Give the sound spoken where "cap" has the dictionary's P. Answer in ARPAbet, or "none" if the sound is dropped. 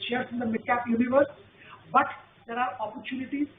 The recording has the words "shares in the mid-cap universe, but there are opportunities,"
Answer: P